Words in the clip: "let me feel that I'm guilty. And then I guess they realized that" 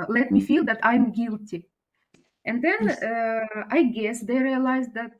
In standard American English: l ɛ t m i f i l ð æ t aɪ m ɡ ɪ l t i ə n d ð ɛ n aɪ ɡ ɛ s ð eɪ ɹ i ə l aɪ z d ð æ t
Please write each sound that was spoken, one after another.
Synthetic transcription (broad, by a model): l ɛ t m i f i l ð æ t aɪ m ɡ ɪ l t i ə n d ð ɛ n aɪ ɡ ɛ s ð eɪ ɹ i ə l aɪ z d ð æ t